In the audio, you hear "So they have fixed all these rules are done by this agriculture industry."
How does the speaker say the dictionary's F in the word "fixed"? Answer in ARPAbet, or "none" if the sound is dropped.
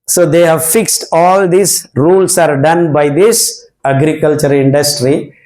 F